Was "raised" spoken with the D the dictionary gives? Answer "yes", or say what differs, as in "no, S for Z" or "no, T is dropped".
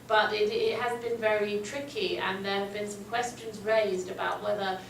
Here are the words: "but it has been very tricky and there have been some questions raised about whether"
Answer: yes